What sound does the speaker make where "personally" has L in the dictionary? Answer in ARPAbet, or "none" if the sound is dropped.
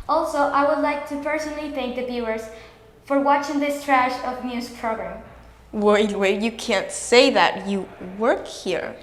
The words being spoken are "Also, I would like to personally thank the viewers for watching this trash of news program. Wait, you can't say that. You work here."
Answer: L